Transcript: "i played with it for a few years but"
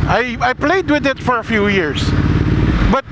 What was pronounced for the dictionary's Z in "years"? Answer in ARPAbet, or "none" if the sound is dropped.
S